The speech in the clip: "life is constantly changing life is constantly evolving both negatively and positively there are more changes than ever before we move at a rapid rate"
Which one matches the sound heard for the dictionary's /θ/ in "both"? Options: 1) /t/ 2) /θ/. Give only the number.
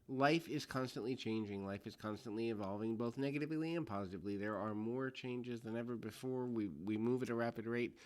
2